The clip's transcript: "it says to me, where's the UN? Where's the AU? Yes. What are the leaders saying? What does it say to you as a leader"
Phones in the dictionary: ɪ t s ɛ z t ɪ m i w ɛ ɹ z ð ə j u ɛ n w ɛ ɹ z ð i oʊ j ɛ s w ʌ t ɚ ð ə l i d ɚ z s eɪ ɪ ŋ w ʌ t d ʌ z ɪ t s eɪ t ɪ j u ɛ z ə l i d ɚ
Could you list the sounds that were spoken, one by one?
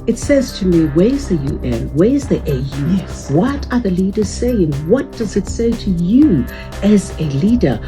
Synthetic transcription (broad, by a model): ɪ t s ɛ z t ɪ m i w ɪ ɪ z ð ə j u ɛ n w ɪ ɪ z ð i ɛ j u w ʌ t ɚ ð ə l i d ɚ z s eɪ ɪ ŋ w ʌ t d ʌ z ɪ t s eɪ t ɪ j u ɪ z ə l i d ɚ